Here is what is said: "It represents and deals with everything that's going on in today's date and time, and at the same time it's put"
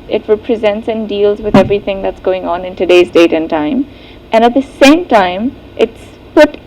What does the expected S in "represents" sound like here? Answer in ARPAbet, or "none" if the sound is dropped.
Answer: S